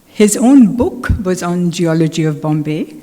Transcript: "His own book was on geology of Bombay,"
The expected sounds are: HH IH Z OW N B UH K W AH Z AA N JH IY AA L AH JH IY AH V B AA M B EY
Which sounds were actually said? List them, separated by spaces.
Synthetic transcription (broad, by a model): HH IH Z OW N B UH K W AH Z N JH IY AA L AH JH IY AH V B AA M B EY